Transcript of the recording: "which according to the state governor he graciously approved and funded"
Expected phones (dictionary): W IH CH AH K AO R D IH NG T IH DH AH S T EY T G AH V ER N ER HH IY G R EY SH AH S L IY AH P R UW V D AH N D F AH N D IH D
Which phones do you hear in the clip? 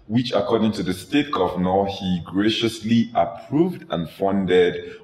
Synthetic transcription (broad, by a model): W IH CH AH K AO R D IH NG T IH DH AH S T EY T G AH V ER N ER HH IY G R EY SH AH S L IY AH P R UW V D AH N F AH N D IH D